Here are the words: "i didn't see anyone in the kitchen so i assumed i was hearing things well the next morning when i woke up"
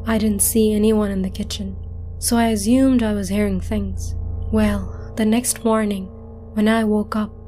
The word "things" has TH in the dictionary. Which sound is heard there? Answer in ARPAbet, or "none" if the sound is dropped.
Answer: TH